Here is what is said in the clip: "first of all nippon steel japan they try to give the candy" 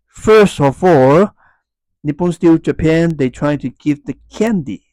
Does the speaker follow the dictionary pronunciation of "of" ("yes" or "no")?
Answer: no